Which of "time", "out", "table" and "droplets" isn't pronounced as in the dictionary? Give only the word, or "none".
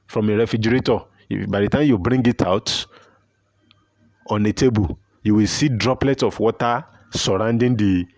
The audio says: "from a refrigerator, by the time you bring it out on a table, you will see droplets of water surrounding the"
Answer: none